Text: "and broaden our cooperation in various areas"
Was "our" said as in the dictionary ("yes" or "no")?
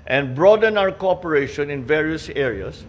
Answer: no